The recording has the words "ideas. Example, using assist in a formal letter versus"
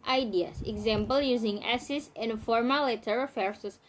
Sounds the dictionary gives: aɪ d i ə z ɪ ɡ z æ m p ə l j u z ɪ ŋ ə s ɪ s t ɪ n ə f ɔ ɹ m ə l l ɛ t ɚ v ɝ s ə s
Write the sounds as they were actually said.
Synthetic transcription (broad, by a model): aɪ d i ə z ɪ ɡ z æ m p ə l j u z ɪ ŋ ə s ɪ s ɪ n f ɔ ɹ m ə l l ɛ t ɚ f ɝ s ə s